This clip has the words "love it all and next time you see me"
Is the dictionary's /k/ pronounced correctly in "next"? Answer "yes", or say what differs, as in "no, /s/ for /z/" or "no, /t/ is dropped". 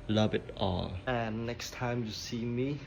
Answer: yes